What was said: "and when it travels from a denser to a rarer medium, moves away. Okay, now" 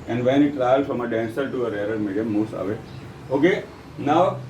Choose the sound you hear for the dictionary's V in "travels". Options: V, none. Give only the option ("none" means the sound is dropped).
none